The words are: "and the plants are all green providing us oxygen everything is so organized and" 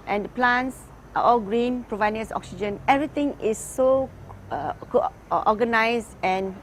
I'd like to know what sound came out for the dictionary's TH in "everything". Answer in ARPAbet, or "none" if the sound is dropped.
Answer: T